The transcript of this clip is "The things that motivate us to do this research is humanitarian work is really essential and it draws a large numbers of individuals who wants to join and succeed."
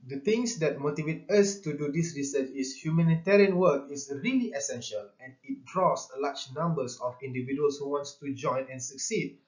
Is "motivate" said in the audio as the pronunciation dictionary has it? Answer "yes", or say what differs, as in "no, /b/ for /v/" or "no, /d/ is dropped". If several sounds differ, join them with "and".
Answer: yes